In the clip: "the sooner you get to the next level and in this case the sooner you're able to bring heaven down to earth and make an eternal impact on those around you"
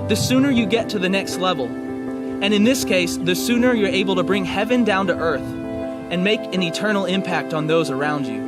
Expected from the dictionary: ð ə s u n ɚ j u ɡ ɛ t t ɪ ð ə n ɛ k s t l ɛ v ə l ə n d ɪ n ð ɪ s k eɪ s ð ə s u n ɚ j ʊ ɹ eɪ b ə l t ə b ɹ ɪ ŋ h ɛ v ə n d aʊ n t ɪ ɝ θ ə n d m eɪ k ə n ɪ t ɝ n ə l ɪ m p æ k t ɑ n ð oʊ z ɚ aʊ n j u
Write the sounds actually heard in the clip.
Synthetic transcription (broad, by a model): ð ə s u n ɚ j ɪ ɡ ɛ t t ɪ ð ə n ɛ k s t l ɛ v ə l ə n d ɪ n ð ɪ s k eɪ s ð ə s u n ɚ j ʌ ɹ eɪ b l t ə b ɹ ɪ ŋ h ɛ v ə n d aʊ n t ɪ ɝ θ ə n m eɪ k ə n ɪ t ɝ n l ɪ m p æ k t n ð oʊ z ɚ aʊ n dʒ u